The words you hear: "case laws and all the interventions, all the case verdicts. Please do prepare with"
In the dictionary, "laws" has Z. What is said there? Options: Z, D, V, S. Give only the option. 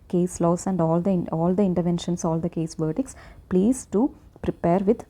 S